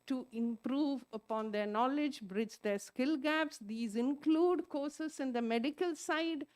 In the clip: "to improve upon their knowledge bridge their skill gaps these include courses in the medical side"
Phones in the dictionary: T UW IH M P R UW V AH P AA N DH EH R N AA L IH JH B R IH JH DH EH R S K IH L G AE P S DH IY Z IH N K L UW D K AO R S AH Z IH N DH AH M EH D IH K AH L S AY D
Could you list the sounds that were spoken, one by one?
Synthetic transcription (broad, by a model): T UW IH M P R UW V AH P AA N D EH R N AA L IH JH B R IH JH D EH R S K IH L G AE P S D IY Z IH N K L UW D K AO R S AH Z IH N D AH M EH D IH K AH L S AY D